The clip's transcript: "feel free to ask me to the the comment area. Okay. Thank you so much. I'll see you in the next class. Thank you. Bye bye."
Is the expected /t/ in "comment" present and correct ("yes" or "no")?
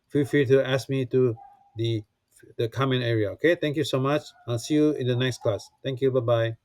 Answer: no